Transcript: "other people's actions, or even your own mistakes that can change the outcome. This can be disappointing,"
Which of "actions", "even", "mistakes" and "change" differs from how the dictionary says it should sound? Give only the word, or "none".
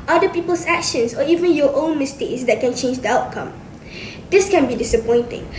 actions